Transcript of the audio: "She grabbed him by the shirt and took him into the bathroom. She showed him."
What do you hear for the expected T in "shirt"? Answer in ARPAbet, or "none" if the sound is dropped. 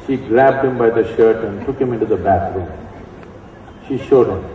T